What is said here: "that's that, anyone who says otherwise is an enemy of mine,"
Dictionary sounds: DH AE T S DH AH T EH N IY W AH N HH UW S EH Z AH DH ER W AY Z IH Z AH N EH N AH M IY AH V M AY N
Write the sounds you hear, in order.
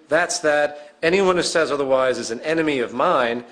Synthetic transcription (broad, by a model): DH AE T S DH AH T EH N IY W AH N HH UW S EH Z AH DH ER W AY Z IH Z N EH N AH M IY AH V M AY N